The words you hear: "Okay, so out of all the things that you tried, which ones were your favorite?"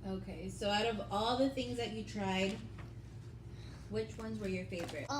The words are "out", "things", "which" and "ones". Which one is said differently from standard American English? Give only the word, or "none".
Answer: none